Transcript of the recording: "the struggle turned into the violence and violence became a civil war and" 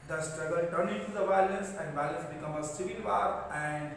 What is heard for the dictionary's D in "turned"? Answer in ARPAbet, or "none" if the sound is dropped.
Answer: none